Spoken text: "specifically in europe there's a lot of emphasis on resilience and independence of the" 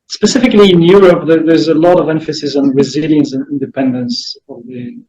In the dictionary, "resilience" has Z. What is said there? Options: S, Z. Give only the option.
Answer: Z